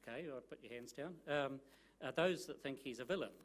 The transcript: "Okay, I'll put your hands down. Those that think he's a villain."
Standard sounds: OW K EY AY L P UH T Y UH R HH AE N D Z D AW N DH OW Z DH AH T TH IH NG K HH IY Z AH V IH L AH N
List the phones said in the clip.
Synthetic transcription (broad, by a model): K EY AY P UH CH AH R HH AE N D Z D AW N DH OW Z DH AH T TH IH NG K HH IY Z AH V IH L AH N